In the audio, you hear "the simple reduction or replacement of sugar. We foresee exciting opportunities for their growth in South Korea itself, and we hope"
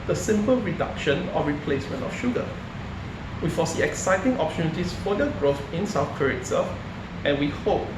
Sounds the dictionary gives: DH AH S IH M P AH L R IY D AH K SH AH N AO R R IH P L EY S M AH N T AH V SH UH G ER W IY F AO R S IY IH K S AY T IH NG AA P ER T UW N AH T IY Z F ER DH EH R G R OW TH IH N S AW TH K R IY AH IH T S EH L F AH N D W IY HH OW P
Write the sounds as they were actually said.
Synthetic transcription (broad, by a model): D AH S IH M P AH L R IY D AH K SH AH N AO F R IH P L EY S M AH N T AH F SH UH G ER W IY F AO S IY IH K S AY T IH NG AA P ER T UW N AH T IY S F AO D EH G R OW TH IH N S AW F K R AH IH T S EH F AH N W IY HH OW P